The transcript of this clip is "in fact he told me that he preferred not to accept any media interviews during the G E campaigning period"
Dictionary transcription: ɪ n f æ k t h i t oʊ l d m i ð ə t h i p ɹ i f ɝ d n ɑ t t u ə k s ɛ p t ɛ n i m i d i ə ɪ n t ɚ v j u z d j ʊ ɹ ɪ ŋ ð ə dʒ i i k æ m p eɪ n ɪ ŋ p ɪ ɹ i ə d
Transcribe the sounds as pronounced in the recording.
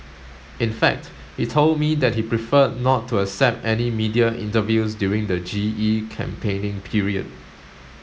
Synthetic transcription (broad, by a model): ɪ n f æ k t h i t oʊ l d m i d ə t h i p ɹ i f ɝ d n ɑ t t u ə s ɛ p t ɛ n i m i d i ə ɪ n t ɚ v j u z d j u ɹ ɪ ŋ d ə dʒ i i k æ m p eɪ n ɪ ŋ p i ɹ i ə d